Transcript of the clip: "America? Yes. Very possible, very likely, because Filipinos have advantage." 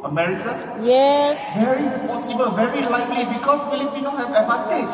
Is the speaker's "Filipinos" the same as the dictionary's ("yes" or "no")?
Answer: no